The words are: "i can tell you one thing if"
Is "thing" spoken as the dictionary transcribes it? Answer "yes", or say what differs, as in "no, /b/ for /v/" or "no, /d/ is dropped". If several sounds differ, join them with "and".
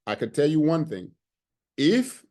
yes